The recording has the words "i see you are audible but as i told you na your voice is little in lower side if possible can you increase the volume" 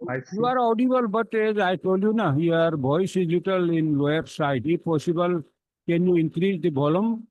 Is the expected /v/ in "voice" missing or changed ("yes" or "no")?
yes